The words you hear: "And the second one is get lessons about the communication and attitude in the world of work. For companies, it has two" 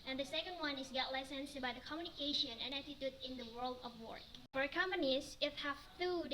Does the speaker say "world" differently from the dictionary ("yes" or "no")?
no